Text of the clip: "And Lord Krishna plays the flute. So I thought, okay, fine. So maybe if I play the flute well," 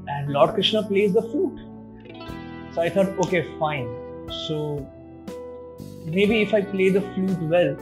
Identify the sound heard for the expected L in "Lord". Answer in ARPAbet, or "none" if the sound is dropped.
L